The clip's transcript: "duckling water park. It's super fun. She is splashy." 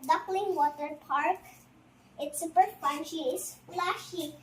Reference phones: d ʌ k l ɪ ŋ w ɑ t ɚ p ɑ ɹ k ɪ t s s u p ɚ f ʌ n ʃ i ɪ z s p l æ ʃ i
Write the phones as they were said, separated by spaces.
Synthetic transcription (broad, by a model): d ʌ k l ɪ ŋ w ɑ t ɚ p ɑ ɹ k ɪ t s s u p ɚ p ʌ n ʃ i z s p l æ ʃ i